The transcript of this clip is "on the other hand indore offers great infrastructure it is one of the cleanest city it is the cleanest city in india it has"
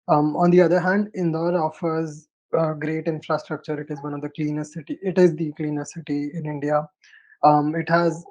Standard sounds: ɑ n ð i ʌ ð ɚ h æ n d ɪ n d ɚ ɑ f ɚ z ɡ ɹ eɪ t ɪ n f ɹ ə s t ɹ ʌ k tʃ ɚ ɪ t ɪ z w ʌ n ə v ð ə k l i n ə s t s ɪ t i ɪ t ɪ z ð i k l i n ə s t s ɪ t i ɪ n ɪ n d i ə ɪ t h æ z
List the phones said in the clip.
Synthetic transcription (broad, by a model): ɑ n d i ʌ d ɚ h æ n d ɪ n d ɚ ɑ f ɚ z ɡ ɹ eɪ t ɪ n f ɹ ə s t ɹ ʌ k tʃ ɚ ɪ t ɪ z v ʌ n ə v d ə k l i n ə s s ɪ t i ɪ t ɪ z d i k l i n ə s s ɪ t i ɪ n ɪ n d i ə ɪ t h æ z